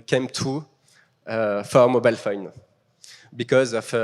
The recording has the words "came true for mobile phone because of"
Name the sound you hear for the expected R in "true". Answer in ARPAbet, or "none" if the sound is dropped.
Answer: none